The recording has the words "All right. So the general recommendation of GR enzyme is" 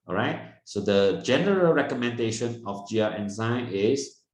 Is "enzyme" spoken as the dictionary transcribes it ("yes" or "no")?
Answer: no